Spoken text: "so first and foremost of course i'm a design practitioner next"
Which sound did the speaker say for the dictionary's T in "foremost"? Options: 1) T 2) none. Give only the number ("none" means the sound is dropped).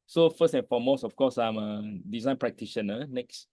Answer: 2